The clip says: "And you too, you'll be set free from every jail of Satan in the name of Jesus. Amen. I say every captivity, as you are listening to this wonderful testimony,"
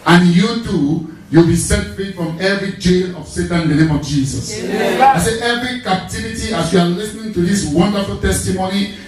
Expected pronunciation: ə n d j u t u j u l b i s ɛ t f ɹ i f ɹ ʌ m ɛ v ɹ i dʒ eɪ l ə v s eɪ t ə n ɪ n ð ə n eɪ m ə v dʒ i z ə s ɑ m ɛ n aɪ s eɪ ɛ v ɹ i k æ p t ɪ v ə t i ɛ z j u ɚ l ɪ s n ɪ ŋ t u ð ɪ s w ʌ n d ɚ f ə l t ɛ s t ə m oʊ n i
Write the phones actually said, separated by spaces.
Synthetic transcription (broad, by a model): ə n j u t u j u l b i s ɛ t f ɹ i f ɹ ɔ m ɛ v ɹ i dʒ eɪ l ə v s eɪ t ə n ɪ n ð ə n eɪ m ə v dʒ i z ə s ɑ ɪ s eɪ ɛ v ɹ i k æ p t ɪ v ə t i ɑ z j u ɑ l ɪ s n ɪ ŋ t u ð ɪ s w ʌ n d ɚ f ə l t ɛ s t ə m oʊ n i